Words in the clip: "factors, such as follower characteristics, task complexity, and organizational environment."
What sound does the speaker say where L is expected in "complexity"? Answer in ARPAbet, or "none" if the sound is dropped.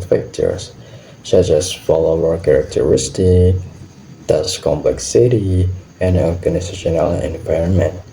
L